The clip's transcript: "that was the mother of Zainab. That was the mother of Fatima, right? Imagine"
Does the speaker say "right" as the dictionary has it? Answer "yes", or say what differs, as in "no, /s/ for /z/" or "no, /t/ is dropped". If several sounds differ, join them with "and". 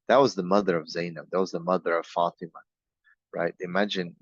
yes